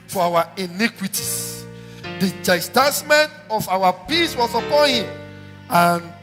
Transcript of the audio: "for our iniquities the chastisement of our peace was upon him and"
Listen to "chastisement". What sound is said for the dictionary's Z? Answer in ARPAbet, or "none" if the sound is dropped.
S